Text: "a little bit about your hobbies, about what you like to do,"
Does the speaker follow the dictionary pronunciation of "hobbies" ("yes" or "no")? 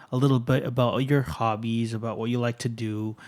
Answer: yes